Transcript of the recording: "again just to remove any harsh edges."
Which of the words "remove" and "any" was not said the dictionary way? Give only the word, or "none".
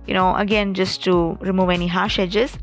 none